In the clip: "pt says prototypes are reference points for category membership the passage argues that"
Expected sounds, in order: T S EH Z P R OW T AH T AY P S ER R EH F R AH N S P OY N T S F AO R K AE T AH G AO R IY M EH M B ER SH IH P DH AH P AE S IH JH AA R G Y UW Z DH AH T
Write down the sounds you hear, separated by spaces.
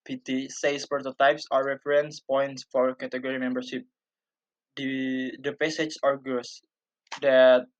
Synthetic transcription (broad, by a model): T S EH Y P R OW T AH T AY P S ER R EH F R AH N S P OY N T S F AO R K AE T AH G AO R IY M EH M B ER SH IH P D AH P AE S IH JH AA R G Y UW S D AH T